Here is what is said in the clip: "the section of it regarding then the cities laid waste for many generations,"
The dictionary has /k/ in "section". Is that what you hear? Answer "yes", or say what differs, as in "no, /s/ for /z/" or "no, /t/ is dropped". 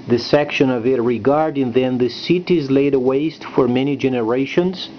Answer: yes